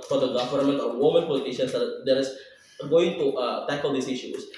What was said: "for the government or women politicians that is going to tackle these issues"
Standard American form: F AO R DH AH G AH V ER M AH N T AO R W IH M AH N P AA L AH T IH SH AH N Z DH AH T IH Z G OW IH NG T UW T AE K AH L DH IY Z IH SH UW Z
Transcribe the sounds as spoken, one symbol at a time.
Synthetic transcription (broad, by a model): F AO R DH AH G AH V ER M AH N T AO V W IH M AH N P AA L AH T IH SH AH N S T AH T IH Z G OW IH NG T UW T AE K AH L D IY S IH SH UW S